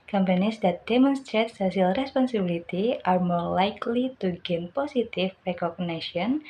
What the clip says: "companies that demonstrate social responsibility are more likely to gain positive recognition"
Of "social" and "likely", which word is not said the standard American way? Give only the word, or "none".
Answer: social